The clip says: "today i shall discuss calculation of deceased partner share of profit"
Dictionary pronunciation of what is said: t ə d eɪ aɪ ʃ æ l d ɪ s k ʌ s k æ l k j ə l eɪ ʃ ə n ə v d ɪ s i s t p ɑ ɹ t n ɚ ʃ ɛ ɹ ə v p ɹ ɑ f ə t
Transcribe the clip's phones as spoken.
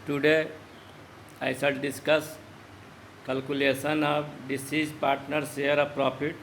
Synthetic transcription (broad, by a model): t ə d eɪ aɪ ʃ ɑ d d ɪ s k ʌ s k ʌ l k j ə l eɪ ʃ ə n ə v d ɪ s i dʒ p ɑ ɹ t n ɚ s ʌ ɹ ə p ɹ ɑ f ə t